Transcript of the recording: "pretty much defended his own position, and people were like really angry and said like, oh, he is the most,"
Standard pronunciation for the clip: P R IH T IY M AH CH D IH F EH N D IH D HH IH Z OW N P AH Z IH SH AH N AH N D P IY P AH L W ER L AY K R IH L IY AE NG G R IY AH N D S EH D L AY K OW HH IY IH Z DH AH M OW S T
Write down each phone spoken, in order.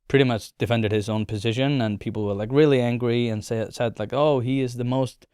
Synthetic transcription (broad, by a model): P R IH T IY M AH CH D IH F EH N D IH D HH IH Z OW N P AH Z IH SH AH N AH N P IY P L W ER L AY K R IH L IY AE NG G R IY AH N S S EH D L AY K OW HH IY IH Z DH AH M OW S T